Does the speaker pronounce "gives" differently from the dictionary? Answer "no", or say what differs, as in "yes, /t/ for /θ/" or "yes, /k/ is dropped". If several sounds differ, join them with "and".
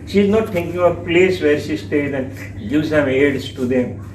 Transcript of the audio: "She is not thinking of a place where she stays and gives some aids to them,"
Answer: yes, /v/ is dropped